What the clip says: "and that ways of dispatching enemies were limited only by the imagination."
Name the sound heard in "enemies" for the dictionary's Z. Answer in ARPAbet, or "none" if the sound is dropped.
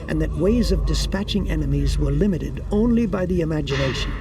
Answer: Z